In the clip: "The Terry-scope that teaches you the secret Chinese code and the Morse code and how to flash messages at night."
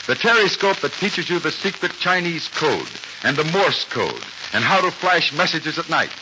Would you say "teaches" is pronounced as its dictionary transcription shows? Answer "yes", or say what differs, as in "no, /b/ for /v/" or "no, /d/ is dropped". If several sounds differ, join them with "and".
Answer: yes